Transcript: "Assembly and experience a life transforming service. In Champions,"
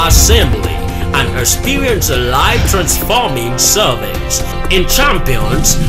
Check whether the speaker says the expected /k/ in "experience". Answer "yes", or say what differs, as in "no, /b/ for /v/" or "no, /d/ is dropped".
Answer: no, /k/ is dropped